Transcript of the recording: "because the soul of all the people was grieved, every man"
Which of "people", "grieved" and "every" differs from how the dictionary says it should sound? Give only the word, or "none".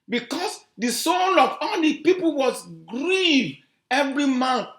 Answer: grieved